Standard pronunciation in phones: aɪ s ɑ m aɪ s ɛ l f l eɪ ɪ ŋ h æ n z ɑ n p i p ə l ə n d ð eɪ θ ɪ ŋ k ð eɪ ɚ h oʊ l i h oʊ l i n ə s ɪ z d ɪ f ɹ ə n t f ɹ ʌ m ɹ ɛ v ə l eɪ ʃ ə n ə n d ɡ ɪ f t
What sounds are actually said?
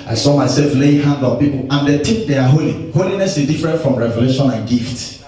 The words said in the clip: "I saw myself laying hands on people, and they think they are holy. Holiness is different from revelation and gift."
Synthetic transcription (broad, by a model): aɪ s ɑ m aɪ s ɛ l f l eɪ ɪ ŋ h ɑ n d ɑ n p i p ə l ə n d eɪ t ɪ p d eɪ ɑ h oʊ l i h oʊ l i n ə s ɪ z d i f ɹ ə n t f ɹ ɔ m ɹ ɛ v ə l eɪ ʃ ə n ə n ɡ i f t